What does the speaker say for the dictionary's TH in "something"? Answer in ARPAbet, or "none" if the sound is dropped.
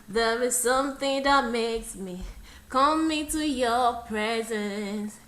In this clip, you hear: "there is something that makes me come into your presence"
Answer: TH